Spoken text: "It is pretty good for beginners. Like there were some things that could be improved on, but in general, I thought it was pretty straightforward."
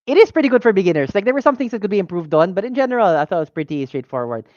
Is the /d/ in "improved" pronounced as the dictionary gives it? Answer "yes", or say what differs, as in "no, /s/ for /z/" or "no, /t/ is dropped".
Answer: yes